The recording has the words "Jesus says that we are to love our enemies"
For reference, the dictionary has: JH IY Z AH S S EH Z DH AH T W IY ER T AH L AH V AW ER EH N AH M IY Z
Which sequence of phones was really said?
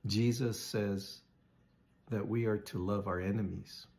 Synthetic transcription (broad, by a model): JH IY Z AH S S EH Z DH AH T W IY ER T AH L AH V AW ER EH N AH M IY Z